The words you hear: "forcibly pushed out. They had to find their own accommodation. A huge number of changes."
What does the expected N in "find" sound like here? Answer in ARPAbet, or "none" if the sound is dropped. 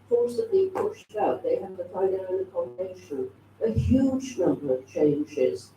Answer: none